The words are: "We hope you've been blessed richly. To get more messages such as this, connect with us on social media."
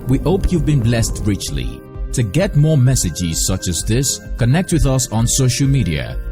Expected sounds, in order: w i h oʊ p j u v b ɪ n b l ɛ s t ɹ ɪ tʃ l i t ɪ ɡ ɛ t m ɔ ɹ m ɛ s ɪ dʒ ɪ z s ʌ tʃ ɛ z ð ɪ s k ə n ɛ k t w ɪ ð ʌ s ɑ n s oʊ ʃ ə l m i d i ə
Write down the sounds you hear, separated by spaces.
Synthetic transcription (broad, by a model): w i h oʊ p j u v b ɪ n b l ɛ s t ɹ ɪ tʃ l i t ɪ ɡ ɛ t m ɔ ɹ m ɛ s ɪ dʒ ɪ z s ʌ tʃ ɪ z ð ɪ s k ə n ɛ k t w ɪ ð ʌ s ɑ n s oʊ ʃ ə l m i d i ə